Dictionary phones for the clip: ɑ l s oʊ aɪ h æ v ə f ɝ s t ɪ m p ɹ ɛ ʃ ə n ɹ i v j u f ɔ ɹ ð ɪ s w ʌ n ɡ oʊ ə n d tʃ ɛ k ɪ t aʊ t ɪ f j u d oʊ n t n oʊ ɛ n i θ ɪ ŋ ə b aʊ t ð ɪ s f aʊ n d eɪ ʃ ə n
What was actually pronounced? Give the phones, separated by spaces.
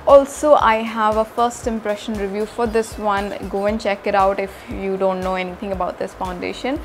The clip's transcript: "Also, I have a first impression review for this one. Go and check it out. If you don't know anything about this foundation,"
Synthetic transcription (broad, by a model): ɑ l s oʊ aɪ h æ v ə f ɝ s t ɪ m p ɹ ɛ ʃ ə n ɹ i v j u f ɔ ɹ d ɪ s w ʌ n ɡ oʊ ə n d tʃ ɛ k ɪ t aʊ t ɪ f j u d oʊ n t n oʊ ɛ n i t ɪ ŋ ə b aʊ t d ɪ s f aʊ n d eɪ ʃ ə n